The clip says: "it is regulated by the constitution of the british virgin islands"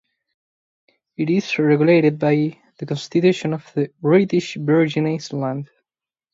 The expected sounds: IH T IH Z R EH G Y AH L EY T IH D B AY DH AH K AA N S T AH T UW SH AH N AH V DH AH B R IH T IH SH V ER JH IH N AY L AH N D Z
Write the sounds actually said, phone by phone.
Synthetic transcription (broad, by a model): IH T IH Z R EH G Y AH L EY T IH D B AY DH AH K AA N S T AH T UW SH AH N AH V DH AH B R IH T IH SH B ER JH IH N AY L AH N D